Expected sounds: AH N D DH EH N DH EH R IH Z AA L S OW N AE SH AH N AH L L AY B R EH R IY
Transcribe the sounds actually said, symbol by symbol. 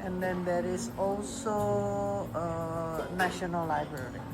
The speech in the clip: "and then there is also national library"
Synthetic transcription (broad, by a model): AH N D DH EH N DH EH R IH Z AA L S OW N AE SH AH N AH L L AY B R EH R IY